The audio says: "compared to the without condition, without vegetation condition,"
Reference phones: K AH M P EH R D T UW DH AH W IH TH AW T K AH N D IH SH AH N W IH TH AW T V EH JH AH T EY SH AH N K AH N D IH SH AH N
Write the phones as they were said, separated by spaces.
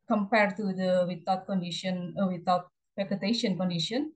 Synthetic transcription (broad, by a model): K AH M P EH R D T UW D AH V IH T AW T K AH N D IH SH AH N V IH T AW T P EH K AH T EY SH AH N K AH N D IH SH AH N